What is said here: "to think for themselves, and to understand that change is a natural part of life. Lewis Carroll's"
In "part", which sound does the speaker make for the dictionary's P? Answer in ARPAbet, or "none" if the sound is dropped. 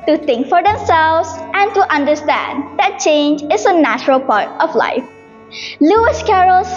P